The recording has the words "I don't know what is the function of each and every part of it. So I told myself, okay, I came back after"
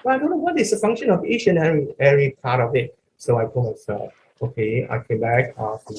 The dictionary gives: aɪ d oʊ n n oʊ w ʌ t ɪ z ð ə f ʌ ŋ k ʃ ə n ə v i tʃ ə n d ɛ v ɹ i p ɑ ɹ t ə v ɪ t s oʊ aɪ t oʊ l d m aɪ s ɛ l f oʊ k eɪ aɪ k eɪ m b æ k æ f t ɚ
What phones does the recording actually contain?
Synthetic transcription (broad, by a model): aɪ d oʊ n n oʊ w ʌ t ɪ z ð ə f ʌ ŋ k ʃ ə n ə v i tʃ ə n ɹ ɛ ɹ i p ɑ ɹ t ə v ɪ t s oʊ aɪ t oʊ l m aɪ s ɛ l f oʊ k eɪ aɪ k eɪ m b æ k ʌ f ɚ